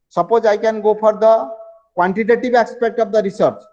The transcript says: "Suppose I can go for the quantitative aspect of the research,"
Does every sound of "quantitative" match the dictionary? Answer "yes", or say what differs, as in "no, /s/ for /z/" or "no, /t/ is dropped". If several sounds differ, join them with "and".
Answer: no, /b/ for /v/